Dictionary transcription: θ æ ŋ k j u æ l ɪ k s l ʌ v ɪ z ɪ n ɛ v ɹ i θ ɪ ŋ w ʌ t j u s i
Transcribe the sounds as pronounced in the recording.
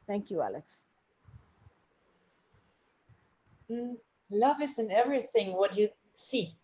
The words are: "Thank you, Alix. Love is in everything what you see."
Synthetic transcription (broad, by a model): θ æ ŋ k j u æ l ɪ k s l ʌ v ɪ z ɪ n ɛ v ɹ i θ ɪ ŋ w ʌ t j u s i